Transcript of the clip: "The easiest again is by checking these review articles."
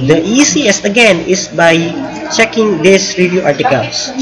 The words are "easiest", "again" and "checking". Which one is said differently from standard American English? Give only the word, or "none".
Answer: easiest